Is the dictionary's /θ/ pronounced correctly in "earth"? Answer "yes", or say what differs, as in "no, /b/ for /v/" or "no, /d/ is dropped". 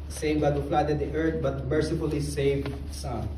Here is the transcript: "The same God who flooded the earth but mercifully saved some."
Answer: no, /t/ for /θ/